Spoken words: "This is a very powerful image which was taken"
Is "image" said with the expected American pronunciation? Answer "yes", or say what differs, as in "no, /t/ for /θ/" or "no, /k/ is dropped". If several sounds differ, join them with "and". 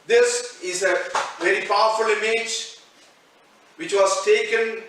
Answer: yes